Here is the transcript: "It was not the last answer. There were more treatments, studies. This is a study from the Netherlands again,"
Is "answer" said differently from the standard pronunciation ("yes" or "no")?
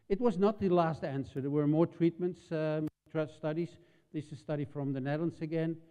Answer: no